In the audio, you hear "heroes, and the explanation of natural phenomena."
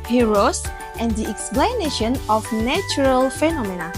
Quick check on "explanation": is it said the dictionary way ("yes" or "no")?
yes